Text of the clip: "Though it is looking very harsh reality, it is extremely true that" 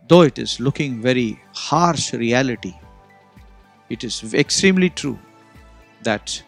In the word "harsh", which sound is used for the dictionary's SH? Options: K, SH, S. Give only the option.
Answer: SH